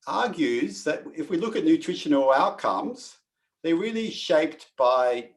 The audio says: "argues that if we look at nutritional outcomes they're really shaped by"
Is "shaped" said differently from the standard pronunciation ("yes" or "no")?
no